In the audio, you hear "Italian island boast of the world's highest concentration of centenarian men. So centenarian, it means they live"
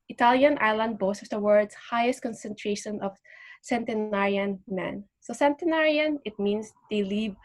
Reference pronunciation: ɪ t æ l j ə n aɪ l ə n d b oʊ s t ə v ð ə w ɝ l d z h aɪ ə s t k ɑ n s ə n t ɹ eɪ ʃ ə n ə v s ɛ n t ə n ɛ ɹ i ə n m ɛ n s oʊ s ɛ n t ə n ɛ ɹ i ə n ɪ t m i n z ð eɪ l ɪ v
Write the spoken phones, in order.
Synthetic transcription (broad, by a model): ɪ t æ l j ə n aɪ l ə n d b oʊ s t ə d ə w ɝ d s h aɪ ə s t k ɑ n s ə n t ɹ eɪ ʃ ə n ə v s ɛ n t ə n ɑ ɹ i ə n m ɛ n s oʊ s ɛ n t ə n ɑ ɹ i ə n ɪ t m i n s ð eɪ l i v